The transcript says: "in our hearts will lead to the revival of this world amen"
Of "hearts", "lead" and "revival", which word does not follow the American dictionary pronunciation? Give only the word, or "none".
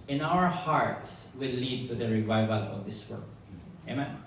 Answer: none